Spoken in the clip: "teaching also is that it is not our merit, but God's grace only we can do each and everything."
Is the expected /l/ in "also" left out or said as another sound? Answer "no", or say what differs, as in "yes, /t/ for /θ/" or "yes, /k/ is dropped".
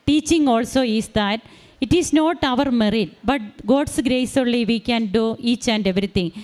no